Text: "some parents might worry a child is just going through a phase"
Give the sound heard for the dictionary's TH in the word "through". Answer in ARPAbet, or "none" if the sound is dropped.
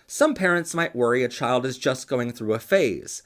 TH